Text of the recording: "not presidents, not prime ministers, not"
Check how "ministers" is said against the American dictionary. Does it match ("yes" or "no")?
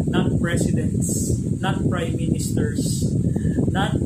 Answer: no